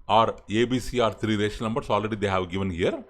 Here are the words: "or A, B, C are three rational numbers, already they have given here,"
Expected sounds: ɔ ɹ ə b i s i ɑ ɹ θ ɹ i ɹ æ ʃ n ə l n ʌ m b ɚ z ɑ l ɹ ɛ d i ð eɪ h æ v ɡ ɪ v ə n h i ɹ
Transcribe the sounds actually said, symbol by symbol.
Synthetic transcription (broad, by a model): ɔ ɹ ə b i s i ɑ ɹ t ɹ i ɹ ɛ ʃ ə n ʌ m b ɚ s ɑ l ɹ ɛ d i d eɪ h æ v ɡ ɪ v ə n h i ɹ